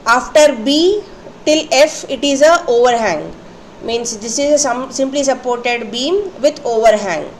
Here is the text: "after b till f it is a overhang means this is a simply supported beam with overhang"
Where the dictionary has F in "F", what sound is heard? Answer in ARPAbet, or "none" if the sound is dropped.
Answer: F